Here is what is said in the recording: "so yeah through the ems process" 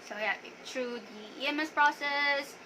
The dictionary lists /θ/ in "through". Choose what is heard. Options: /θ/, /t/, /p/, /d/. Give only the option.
/t/